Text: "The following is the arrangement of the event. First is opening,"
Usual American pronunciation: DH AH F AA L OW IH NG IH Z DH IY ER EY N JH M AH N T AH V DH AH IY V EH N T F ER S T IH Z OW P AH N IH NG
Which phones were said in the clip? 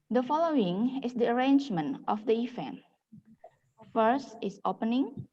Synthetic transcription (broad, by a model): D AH F AA L OW IH NG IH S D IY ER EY N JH M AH N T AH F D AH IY F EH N F ER S T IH S OW P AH N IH NG